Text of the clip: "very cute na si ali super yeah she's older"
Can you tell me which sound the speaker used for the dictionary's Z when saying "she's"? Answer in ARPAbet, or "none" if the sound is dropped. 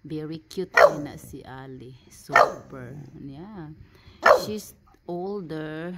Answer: S